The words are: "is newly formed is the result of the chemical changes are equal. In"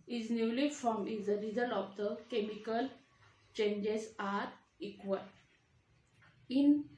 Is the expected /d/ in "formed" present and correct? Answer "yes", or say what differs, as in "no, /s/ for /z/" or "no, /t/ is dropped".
no, /d/ is dropped